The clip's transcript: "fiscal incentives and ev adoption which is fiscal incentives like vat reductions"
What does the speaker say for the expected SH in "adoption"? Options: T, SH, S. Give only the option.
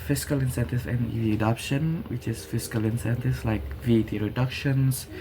SH